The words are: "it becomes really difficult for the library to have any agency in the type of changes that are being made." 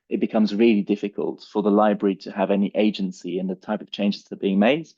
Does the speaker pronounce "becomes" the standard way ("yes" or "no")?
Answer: yes